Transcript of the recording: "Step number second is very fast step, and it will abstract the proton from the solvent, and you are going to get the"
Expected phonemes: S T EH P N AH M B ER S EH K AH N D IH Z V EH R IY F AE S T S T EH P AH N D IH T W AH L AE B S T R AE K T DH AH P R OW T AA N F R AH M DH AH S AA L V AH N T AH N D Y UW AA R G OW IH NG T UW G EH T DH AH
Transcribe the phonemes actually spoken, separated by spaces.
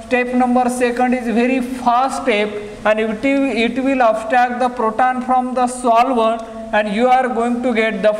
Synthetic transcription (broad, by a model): T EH P N AH M B ER S EH K AH N D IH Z V EH R IY F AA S S T EH P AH N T IH T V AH L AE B S T AE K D AH P R OW T AA N F R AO M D AH S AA L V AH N AH N D Y UW AA R G OW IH NG T UW G EH T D AH